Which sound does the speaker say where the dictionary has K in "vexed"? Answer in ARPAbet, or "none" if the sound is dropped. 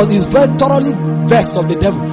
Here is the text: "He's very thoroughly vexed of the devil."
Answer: K